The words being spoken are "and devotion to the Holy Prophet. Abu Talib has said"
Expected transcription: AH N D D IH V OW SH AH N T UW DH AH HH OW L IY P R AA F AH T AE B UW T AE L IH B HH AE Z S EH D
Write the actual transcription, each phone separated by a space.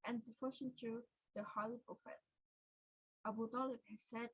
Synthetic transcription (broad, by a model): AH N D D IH F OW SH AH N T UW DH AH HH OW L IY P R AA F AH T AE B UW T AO L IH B HH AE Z S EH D